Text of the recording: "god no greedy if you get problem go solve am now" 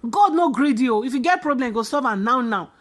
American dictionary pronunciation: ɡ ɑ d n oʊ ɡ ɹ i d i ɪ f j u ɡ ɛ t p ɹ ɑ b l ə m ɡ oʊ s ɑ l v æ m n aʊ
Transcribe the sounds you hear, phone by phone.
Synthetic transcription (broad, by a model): ɡ ɑ d n oʊ ɡ ɹ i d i ɪ f j u ɡ ɛ t p ɹ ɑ b l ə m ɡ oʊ s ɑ v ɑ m n aʊ